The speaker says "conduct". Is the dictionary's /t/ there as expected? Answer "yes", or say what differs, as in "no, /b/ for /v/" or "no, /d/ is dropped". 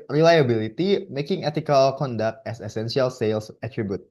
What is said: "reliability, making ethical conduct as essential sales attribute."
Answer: yes